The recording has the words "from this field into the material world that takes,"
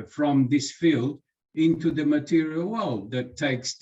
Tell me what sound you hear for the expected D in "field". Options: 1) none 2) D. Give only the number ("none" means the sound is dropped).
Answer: 2